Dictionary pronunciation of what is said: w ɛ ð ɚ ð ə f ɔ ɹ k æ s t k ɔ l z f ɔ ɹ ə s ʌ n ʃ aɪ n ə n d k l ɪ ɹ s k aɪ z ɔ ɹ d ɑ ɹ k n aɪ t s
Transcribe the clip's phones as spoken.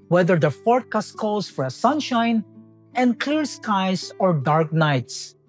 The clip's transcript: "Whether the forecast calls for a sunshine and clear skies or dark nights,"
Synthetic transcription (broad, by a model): w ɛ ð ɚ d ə f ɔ ɹ k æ s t k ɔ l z f ɔ ɹ ə s ʌ n ʃ aɪ n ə n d k l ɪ ɹ s k aɪ s ɔ ɹ d ɑ ɹ k n aɪ t s